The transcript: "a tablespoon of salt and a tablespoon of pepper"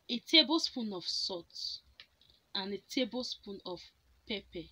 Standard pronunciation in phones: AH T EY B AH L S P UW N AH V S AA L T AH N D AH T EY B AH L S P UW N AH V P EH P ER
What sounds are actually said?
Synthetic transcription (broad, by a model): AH T EY B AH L S P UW N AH F S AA T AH N AH T EY B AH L S P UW N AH F P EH P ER